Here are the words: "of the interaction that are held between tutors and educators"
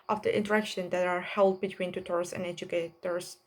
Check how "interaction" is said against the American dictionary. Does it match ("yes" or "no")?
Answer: yes